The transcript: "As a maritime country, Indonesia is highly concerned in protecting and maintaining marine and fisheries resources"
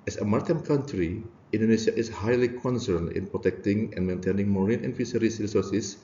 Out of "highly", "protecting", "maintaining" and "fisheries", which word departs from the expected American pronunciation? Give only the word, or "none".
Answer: fisheries